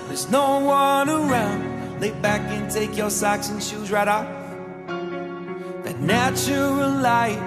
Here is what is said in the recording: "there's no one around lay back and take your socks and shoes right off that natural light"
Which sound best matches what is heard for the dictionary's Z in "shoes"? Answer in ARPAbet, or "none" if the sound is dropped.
Z